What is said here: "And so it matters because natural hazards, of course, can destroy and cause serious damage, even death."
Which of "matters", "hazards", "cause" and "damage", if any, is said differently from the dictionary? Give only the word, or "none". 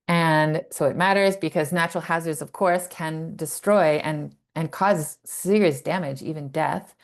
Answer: none